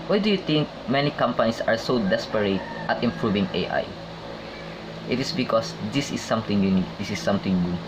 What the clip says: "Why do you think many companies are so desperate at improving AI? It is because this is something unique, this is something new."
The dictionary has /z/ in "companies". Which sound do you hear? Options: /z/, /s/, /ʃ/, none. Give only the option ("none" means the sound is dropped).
/s/